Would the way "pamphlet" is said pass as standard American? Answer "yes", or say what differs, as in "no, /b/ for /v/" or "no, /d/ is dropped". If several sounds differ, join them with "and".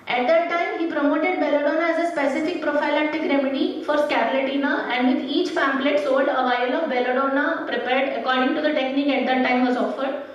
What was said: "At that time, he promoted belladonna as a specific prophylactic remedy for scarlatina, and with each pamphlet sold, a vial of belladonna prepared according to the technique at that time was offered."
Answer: no, /f/ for /p/